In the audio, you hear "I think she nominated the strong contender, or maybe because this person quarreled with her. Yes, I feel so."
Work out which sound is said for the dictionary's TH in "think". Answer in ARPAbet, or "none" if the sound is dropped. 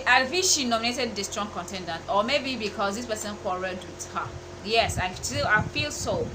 F